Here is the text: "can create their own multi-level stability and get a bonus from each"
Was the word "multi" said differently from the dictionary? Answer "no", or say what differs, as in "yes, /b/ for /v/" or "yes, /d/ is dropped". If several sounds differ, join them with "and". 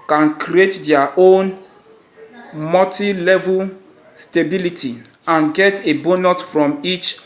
yes, /l/ is dropped